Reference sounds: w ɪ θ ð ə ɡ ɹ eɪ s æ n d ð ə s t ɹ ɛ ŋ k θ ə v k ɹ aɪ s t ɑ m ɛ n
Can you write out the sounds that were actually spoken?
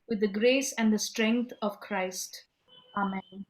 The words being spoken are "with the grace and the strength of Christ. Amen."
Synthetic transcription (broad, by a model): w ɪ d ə ɡ ɹ eɪ s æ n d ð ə s t ɹ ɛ ŋ k t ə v k ɹ aɪ s t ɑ m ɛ n